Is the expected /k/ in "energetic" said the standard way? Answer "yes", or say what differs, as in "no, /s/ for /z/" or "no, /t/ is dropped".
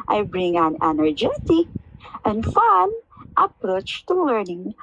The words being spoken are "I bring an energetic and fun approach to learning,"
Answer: no, /k/ is dropped